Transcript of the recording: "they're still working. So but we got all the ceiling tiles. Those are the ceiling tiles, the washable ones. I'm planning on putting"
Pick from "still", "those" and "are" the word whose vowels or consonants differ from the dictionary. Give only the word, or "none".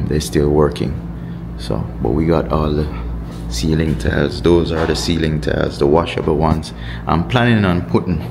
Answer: none